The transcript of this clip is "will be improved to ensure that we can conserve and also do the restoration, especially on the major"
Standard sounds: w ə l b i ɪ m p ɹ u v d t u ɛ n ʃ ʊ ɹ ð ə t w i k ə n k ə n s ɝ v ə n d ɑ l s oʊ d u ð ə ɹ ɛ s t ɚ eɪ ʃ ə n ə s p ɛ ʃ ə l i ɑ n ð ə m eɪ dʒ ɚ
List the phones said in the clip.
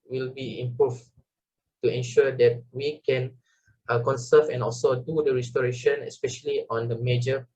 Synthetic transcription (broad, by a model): w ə l b i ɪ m p ɹ u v t u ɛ n ʃ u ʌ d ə t w i k ə n k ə n s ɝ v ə n ɑ l s oʊ d u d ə ɹ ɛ s t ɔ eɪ ʃ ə n ə s p ɛ ʃ ə l i ɑ n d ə m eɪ dʒ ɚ